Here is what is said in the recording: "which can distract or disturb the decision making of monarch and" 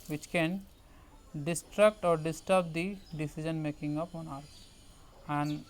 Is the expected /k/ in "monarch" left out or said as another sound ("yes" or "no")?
yes